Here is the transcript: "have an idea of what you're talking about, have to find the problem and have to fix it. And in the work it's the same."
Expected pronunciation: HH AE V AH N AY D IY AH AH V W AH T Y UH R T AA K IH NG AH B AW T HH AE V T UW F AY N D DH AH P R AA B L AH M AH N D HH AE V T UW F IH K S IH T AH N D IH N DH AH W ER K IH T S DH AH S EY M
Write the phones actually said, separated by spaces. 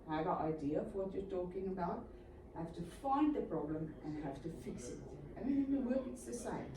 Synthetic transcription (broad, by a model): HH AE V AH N AY D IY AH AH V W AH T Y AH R T AA K IH NG AH B AW T HH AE F T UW F AY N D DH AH P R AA B L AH M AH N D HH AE F T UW F IH K S IH T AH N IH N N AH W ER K IH T S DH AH S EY M